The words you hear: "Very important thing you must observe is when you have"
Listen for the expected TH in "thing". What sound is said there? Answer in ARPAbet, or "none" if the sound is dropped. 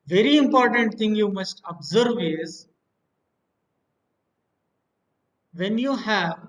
T